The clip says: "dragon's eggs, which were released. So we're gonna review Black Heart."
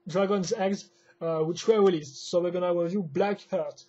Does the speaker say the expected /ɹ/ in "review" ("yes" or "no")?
no